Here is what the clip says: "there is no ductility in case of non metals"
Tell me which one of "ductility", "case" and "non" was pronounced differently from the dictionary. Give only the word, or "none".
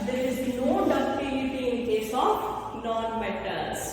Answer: ductility